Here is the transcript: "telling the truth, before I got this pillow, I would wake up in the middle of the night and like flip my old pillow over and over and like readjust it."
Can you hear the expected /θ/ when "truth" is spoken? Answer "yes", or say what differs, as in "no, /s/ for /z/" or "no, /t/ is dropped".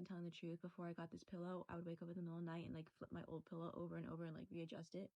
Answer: yes